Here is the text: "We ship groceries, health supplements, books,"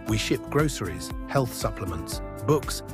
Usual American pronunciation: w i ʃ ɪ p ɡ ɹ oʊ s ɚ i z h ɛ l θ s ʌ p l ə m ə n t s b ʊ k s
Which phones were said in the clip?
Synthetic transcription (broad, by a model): w i ʃ ɪ p ɡ ɹ oʊ s ɚ i z h ɛ l θ s ʌ p l ə m ə n t s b ʊ k s